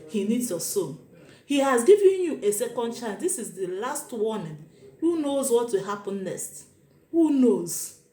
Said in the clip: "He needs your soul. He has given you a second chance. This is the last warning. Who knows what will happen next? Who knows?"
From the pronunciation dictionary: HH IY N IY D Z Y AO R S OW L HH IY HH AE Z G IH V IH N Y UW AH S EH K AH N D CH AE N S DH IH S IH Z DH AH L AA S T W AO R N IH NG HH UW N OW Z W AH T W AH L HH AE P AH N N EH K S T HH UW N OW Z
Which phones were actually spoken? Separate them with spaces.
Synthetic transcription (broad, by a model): HH IY N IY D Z Y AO S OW N HH IY HH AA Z G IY V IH N Y UW AH S EH K AH N D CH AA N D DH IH S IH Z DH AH L AA S T W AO N HH UW N OW Z W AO T W AH L HH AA P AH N N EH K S T HH UW N OW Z